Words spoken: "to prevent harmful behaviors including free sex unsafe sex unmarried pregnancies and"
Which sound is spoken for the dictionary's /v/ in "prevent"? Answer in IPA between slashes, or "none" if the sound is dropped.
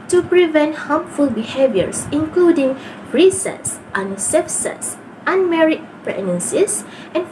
/v/